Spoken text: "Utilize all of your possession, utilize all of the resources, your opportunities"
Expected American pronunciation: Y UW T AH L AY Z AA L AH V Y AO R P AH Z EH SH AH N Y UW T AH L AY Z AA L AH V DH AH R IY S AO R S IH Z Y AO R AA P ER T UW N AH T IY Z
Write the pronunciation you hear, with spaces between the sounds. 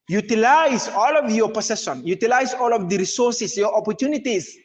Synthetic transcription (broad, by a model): Y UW T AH L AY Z AA L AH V Y AO R P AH S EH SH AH N Y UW T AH L AY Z AA L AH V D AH R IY S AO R S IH S Y AO R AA P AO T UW N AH T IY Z